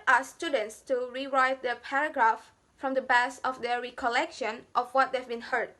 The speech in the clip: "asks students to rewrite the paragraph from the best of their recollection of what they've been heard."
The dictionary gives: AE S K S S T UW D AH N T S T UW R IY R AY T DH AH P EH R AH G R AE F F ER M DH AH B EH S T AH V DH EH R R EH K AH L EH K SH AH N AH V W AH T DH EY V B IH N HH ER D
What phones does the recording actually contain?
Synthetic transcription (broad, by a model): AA S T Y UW D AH N T S T UW R IY R AY T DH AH P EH R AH G R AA F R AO M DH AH B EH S AH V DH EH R R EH K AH L EH K SH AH N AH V W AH T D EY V B IH N HH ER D